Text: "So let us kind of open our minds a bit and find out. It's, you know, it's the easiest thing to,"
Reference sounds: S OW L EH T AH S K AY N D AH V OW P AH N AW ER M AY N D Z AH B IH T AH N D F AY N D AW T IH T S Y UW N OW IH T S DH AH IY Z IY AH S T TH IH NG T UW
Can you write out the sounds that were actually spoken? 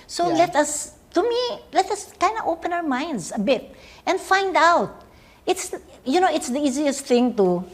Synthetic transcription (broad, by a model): S OW L EH T AH S K AY N D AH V OW P AH N AW ER M AY N D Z AH B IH T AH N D F AY N D AW T IH T S Y UW N OW IH T S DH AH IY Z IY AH S T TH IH NG T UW